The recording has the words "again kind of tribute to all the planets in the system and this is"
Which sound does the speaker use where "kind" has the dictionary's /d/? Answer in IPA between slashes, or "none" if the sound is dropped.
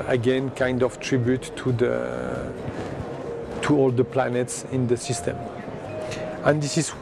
/d/